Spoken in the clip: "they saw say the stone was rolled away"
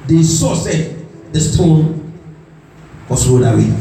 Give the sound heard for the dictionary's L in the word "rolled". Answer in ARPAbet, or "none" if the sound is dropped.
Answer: none